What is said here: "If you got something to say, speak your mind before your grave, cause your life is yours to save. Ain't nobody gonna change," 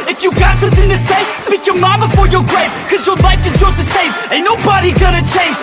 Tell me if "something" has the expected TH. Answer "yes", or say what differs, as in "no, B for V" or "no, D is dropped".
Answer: yes